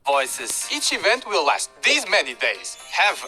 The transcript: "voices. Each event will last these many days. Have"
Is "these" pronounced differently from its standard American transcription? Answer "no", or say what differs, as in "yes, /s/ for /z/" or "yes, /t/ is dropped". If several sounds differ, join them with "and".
no